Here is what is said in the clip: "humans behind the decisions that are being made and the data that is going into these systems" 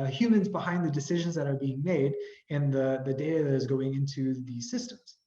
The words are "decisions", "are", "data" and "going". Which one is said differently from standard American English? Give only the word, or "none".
none